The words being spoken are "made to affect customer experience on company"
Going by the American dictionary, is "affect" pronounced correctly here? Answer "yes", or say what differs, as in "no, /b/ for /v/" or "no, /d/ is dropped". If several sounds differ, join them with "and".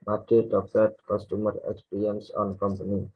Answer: no, /k/ is dropped